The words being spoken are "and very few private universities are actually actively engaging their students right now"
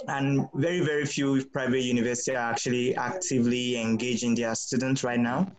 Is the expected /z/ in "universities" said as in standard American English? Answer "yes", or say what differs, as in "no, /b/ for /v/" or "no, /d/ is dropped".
no, /z/ is dropped